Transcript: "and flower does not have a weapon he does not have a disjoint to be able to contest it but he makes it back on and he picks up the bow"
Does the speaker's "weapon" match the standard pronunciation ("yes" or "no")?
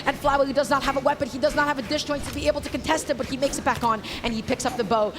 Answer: yes